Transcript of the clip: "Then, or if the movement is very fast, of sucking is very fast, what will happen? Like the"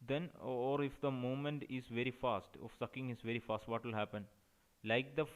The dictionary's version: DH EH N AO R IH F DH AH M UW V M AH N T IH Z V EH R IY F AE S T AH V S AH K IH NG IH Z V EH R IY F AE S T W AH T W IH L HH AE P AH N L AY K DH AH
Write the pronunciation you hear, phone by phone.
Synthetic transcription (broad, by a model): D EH N AO R IH F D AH M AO M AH N T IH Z V EH R IY F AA S T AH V S AH K IH NG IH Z V EH R IY F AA S T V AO T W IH L HH AE P AH N L AY K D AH